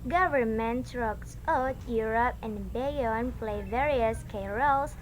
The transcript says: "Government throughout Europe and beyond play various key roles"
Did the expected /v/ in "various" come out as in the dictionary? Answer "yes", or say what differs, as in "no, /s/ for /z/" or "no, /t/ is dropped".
yes